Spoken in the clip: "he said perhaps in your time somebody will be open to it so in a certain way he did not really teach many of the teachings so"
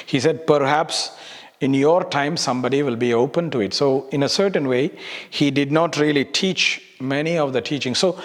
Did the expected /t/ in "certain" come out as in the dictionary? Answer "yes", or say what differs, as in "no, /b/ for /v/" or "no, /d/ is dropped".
yes